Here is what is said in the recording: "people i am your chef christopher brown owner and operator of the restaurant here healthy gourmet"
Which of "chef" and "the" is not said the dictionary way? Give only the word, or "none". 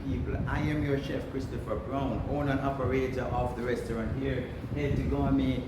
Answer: none